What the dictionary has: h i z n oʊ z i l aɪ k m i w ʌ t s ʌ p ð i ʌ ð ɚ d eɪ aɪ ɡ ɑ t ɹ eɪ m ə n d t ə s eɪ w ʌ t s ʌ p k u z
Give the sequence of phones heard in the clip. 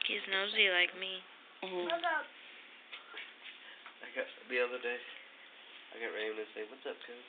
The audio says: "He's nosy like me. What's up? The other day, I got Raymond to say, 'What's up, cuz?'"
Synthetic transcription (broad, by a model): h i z n oʊ z i l aɪ k m i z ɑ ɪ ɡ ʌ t ð i ʌ ð ɚ d eɪ aɪ ɡ ɑ t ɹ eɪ ə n s eɪ w ʌ t s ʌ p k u